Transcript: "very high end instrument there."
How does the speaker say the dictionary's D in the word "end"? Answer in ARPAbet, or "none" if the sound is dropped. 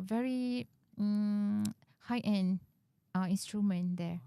none